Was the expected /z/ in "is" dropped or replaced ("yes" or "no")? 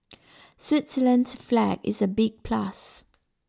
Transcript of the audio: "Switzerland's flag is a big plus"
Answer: no